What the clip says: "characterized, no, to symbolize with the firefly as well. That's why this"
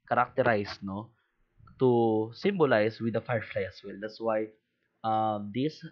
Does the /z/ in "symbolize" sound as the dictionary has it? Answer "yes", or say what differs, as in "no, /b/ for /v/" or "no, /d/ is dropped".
no, /s/ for /z/